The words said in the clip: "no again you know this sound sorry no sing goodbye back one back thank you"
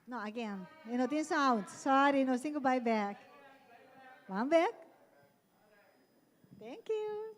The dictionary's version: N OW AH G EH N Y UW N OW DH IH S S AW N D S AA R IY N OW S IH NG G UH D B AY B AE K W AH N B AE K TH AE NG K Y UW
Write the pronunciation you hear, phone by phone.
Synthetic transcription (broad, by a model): N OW AH G EH N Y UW N OW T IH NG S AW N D S AA R IY N OW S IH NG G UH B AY B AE K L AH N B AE K T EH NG K Y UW